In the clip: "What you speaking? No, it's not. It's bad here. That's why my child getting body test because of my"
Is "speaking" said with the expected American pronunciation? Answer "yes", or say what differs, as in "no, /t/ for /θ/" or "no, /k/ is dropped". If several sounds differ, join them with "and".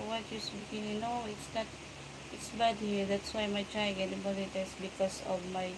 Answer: no, /b/ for /p/